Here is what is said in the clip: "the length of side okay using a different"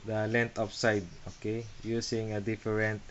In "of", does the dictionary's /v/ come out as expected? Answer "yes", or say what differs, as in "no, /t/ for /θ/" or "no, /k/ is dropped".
no, /p/ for /v/